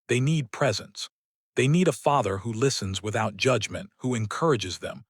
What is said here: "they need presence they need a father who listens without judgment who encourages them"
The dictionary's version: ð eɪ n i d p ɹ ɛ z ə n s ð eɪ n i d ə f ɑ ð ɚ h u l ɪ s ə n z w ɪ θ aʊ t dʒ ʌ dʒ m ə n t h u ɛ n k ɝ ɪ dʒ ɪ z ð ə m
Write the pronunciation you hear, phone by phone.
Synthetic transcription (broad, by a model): ð eɪ n i d p ɹ ɛ z ə n s ð eɪ n i d ə f ɑ ð ɚ h u l ɪ s ə n z w ɪ θ aʊ t dʒ ʌ dʒ m ə n t h u ɛ n k ɝ ɪ dʒ ɪ z ð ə m